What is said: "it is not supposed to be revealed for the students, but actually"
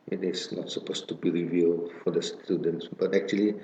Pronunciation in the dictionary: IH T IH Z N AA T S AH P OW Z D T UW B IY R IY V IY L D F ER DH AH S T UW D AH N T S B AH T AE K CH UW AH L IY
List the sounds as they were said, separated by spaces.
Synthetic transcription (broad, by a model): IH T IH S N AA T S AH P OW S T UW B IY R IY V IY L D F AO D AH S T UW D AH N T S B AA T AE K CH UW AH L IY